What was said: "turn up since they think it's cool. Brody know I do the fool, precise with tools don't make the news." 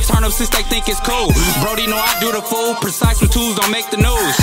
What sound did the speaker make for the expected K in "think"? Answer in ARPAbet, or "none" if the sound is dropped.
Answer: K